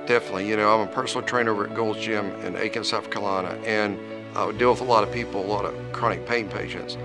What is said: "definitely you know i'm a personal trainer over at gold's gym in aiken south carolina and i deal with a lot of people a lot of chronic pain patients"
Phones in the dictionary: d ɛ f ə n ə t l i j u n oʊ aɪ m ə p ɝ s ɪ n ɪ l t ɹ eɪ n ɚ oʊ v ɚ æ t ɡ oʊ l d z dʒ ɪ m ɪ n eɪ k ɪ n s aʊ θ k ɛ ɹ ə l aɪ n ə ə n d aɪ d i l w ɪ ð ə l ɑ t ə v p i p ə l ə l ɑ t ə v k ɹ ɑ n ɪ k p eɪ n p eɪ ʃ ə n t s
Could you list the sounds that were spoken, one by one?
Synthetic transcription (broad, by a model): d ɛ f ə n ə t l i j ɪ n oʊ aɪ m ə p ɝ s n l t ɹ eɪ n ɚ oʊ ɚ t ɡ oʊ l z dʒ ɪ m ɪ n eɪ k ɪ n s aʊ f k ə l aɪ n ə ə n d aɪ d i l w ɪ ð ə l ɑ t ə v p i p l ə l ɑ t ə v k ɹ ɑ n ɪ k p eɪ n p eɪ ʃ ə n t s